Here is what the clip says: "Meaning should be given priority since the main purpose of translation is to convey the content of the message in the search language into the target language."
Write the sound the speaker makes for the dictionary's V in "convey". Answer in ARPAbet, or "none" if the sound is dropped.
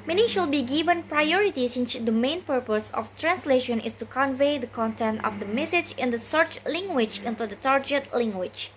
V